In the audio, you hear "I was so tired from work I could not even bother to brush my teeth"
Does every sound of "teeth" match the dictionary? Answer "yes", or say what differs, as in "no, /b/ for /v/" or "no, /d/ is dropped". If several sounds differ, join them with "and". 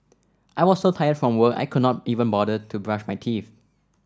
no, /f/ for /θ/